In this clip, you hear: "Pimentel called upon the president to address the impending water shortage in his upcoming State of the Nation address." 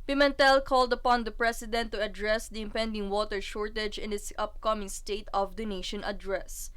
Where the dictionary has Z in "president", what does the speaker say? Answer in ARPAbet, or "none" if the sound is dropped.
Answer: S